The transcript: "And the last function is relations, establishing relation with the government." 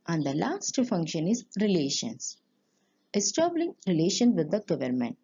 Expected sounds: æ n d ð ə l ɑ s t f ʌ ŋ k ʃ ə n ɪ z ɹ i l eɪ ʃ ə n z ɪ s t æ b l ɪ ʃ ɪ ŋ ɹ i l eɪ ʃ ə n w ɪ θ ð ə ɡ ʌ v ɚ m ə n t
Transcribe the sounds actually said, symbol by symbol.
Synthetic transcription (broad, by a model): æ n d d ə l ɑ s t f ʌ ŋ k ʃ ə n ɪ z ɹ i l eɪ ʃ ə n s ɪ s t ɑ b l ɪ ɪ ŋ ɹ i l eɪ ʃ ə n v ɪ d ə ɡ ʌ v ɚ m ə n t